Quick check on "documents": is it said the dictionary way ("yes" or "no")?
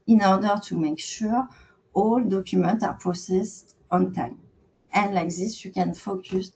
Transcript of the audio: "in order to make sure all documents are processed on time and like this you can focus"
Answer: no